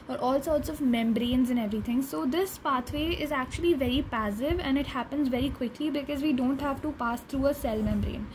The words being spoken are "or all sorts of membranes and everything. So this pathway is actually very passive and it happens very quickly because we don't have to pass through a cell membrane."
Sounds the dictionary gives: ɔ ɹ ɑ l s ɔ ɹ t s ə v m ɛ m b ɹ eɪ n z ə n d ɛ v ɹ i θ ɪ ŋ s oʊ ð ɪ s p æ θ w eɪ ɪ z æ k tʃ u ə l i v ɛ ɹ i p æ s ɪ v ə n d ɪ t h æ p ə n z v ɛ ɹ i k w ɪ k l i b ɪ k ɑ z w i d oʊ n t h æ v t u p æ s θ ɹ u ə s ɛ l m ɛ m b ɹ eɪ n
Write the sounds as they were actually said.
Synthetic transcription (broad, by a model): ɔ ɹ ɑ l s ɔ ɹ t s ə v m ɛ m b ɹ eɪ n z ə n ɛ v ɹ i t ɪ ŋ s oʊ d ɪ s p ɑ t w eɪ ɪ z æ k tʃ u ə l i v ɛ ɹ i p æ s ɪ v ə n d ɪ t h æ p ə n z v ɛ ɹ i k w ɪ k l i b ɪ k ɑ z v i d oʊ n t h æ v t u p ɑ s t ɹ u ə s ɛ l m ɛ m b ɹ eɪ n